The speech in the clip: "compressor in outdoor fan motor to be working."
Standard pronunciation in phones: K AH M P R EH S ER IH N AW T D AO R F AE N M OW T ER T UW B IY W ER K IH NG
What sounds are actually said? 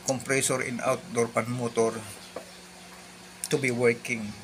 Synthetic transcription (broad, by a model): K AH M P R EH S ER IH N AW T D AO R P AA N M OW T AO T UW B IY W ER K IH NG